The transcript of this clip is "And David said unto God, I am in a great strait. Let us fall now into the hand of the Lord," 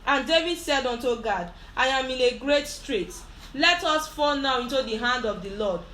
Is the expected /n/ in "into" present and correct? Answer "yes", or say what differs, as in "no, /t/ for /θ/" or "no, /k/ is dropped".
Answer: yes